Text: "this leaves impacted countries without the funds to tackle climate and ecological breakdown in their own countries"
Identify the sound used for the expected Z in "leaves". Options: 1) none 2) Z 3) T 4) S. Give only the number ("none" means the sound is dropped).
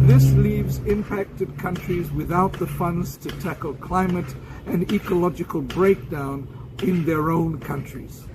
2